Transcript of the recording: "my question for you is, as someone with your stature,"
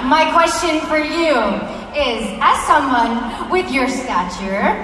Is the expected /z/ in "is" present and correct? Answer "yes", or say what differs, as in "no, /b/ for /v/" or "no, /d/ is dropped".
yes